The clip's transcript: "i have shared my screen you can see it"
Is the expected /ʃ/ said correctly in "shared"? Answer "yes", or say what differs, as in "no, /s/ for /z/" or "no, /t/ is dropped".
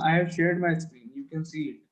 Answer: yes